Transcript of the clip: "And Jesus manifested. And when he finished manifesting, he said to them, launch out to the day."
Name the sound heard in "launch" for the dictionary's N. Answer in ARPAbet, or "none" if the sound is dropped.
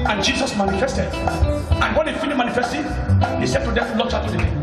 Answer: none